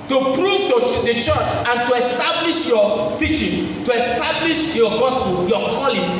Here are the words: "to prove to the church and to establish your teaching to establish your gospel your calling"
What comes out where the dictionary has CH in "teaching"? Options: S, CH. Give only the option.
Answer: CH